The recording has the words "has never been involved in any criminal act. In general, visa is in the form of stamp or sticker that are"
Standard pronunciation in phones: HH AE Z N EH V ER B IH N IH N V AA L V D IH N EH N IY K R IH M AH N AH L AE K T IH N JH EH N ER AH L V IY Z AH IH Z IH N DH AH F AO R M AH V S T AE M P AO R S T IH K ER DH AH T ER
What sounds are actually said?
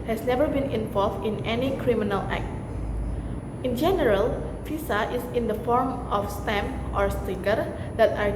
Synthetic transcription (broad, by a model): HH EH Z N EH V ER B IH N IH N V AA L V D IH N EH N IY K R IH M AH N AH L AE K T IH N JH EH N ER AH L F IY S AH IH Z IH N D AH F AO R M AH F S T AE M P AO R S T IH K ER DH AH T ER